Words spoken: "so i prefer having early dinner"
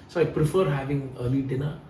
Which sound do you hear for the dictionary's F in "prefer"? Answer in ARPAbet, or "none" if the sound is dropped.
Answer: F